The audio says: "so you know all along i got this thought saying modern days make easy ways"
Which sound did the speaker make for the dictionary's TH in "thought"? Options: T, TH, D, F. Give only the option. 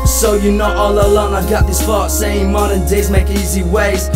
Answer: F